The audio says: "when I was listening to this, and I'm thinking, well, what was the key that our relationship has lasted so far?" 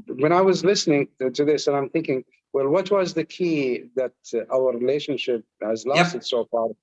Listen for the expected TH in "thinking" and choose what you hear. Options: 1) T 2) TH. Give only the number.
2